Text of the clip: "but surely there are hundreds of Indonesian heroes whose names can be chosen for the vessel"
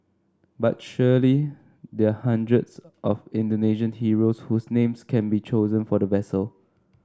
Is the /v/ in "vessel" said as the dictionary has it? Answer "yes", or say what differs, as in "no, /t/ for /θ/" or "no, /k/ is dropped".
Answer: yes